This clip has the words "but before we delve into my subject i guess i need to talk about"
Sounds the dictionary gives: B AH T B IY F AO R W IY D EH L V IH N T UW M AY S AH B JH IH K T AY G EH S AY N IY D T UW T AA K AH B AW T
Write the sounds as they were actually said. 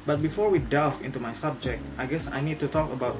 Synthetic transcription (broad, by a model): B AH T B IY F AO R W IY D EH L F IH N T UW M AY S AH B JH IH K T AY G EH S AY N IY D T UW T AA K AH B AW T